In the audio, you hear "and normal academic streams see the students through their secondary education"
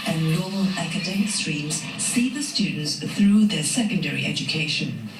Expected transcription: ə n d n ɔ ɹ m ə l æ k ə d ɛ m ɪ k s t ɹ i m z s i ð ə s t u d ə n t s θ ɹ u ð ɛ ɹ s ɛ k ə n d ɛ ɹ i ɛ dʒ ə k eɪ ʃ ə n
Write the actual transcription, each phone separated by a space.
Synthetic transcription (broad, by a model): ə n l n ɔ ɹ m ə l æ k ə d ɛ m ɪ k s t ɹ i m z s i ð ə s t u d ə n t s θ ɹ u ð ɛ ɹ s ɛ k ə n d ɛ ɹ i ɛ dʒ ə k eɪ ʃ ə n